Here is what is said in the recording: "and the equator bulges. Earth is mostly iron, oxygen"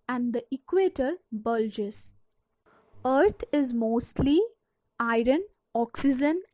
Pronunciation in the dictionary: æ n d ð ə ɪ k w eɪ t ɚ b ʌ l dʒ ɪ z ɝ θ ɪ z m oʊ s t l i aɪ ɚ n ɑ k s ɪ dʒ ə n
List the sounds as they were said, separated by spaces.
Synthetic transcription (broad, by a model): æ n d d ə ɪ k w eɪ t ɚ b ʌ l dʒ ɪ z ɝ t ɪ z m oʊ s t l i aɪ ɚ n ɑ k s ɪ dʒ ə n